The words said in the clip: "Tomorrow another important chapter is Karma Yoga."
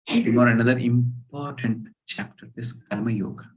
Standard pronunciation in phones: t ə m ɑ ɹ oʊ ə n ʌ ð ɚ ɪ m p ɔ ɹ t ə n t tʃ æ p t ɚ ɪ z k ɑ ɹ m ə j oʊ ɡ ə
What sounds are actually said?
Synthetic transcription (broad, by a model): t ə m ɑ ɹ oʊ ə n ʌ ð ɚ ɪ m p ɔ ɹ t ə n t tʃ æ p t ɚ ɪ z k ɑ l m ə j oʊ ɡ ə